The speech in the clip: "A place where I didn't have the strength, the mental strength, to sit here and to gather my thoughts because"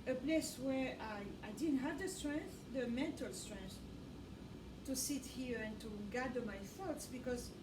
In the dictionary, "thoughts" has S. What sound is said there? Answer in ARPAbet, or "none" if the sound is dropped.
S